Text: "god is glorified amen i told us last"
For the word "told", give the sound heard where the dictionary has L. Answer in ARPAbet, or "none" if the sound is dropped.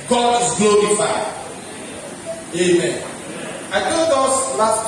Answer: none